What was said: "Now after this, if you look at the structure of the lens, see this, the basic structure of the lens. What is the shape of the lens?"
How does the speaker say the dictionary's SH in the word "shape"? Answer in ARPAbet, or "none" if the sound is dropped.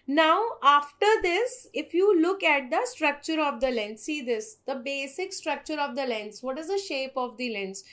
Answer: SH